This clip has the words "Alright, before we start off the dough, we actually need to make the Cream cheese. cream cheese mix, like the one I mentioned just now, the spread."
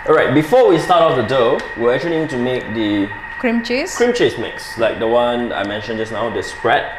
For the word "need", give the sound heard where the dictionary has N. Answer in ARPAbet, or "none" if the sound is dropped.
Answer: L